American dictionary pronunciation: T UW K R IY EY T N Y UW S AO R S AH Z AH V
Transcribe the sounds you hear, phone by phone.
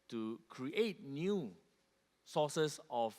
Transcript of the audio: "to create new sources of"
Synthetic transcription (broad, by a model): T UW K R IY EY T N Y UW S AO S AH S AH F